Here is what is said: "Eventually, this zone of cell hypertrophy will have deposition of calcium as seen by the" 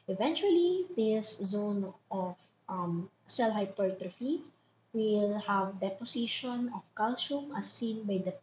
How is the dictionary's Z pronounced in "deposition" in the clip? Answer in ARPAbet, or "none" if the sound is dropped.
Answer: S